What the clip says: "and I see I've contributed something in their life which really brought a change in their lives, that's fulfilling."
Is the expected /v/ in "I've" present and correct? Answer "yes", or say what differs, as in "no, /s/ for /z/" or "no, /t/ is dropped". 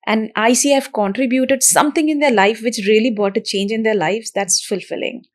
no, /f/ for /v/